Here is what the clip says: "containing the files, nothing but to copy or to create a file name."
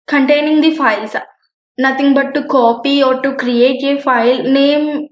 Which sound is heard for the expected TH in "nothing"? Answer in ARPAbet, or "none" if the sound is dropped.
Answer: T